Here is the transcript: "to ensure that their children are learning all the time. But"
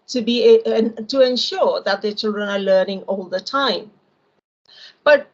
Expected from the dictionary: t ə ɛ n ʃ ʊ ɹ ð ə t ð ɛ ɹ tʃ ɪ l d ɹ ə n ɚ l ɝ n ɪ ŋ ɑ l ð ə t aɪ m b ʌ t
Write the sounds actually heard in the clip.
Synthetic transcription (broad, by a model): t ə ɛ n ʃ ʊ ɹ ð ə t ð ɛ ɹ tʃ ɪ l d ɹ ə n ɚ l ɝ n ɪ ŋ ɑ l ð ə t aɪ m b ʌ t